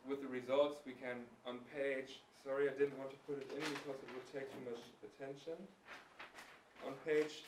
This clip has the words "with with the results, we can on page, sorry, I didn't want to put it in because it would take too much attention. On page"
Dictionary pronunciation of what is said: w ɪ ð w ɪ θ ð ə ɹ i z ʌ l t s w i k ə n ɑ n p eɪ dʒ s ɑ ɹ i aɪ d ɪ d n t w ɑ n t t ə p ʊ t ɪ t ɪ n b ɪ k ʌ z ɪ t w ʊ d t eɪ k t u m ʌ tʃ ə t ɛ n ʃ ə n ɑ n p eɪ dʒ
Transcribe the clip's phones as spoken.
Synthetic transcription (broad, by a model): w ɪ ð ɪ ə ɹ i z ʌ l t s w i k ə n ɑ n p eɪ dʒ s ɑ ɹ i aɪ d ɪ d n t w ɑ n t t ə p ʊ t ɪ t ɪ n b ɪ k ʌ z ɪ t w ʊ d t eɪ k t u m ʌ tʃ ə t ɛ n ʃ ə n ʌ n p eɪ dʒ